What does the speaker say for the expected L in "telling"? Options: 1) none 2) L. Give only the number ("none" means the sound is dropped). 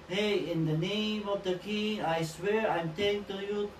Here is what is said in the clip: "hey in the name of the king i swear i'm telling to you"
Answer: 1